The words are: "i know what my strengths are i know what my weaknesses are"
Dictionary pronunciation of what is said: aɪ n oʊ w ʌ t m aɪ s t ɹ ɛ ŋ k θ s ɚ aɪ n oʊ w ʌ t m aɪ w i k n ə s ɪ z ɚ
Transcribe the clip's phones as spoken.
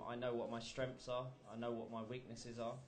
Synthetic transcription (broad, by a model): aɪ n oʊ w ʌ t m aɪ s t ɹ ɛ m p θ s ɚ aɪ n oʊ w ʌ t m aɪ w i k n ə s ɪ z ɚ